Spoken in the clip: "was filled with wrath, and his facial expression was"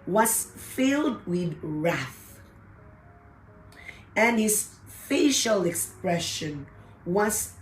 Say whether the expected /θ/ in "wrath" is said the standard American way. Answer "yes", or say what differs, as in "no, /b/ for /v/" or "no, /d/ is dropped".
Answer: yes